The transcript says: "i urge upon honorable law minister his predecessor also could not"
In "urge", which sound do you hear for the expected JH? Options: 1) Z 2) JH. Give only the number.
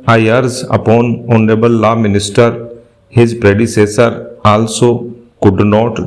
1